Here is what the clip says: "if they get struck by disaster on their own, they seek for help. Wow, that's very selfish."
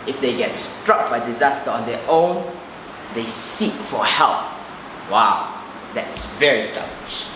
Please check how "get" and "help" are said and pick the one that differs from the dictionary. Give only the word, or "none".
none